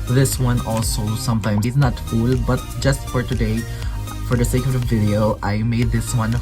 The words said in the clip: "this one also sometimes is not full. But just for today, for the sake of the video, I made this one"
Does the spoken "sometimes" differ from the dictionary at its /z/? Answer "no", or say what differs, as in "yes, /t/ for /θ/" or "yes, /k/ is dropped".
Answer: yes, /z/ is dropped